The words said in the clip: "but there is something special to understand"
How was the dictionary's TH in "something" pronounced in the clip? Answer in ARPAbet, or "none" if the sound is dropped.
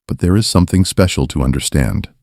TH